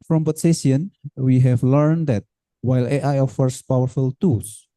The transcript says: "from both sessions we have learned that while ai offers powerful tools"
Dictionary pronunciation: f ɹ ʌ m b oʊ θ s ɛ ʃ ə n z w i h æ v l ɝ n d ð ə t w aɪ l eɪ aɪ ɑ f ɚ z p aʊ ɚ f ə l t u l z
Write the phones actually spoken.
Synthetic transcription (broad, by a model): f ɹ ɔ m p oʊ s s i ə n w i h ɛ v l ɝ n d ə t w aɪ l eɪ aɪ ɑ f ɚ s p aʊ ɚ f ə l t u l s